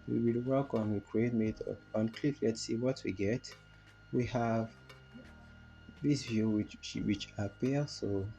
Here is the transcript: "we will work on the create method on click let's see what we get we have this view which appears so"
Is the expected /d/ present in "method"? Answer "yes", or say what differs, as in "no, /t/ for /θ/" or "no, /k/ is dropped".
no, /d/ is dropped